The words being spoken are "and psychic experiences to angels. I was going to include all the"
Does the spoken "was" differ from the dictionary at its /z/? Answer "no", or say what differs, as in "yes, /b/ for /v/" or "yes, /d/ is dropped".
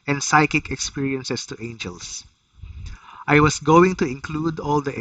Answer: yes, /s/ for /z/